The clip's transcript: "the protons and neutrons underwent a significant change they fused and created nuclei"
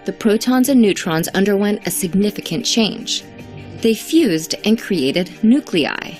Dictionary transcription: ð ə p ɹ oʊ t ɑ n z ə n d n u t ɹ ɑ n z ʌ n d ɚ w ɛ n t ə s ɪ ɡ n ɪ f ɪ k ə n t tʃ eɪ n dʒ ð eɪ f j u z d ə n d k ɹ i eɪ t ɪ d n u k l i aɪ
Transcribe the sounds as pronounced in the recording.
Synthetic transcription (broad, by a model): ð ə p ɹ oʊ t ɑ n z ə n n u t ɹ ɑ n z ʌ n d ɚ w ɛ n t ə s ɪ ɡ n ɪ f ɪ k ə n tʃ eɪ n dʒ ð eɪ f j u z d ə n k ɹ i eɪ t ɪ d n u k l i aɪ